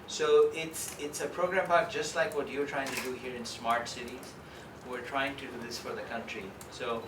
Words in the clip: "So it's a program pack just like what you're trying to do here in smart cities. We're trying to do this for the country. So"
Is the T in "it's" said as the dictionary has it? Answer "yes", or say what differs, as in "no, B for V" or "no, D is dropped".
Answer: yes